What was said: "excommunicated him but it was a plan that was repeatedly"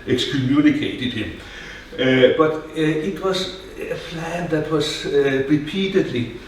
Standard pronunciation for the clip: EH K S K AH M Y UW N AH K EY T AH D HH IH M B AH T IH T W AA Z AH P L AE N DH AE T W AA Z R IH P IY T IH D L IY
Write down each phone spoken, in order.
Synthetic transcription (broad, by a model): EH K S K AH M Y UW N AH K EY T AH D HH IH M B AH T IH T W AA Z AH F L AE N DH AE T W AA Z R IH P IY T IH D L IY